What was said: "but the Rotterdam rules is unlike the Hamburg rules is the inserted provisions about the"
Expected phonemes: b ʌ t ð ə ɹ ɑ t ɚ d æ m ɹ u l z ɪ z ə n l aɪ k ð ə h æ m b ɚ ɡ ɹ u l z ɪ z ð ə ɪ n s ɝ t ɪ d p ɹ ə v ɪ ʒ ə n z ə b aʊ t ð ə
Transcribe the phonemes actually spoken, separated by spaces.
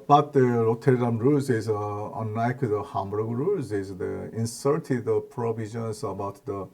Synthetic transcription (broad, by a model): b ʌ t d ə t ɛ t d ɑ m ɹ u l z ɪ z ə n aɪ k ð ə h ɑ m b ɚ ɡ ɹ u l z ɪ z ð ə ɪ n s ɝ t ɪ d p ɹ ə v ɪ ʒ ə n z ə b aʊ t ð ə